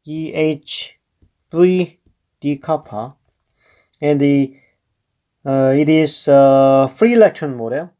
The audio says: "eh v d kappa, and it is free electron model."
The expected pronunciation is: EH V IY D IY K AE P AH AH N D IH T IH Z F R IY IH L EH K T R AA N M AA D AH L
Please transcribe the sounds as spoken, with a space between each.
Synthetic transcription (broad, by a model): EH B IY D IY K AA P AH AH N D IH T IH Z F R IY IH L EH K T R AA N M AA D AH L